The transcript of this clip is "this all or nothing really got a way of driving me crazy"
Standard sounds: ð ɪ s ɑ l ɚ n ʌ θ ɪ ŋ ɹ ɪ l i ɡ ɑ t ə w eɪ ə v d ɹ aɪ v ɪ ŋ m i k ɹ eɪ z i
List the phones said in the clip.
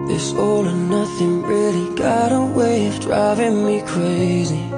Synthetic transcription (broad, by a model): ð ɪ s ɑ l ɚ n ʌ θ ɪ ŋ ɹ ɪ l i ɡ ɑ t ə w eɪ ə v d ɹ aɪ v ɪ ŋ m i k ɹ eɪ z i